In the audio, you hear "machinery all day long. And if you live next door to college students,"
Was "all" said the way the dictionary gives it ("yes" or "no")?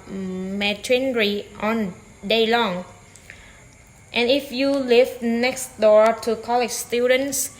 no